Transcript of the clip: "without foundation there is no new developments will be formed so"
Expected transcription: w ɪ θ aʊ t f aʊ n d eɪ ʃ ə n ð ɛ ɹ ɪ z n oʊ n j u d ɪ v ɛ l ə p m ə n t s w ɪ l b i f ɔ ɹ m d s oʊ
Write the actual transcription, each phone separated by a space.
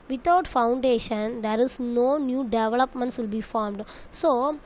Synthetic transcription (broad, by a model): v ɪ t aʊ t f aʊ n d eɪ ʃ ə n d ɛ ɹ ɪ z n oʊ n j u d ɪ v ɛ l ə p m ə n t s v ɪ l b i f ɔ ɹ m d s oʊ